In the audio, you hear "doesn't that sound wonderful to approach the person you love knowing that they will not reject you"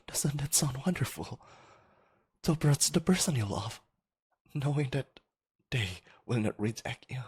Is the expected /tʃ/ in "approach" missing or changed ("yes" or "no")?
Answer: yes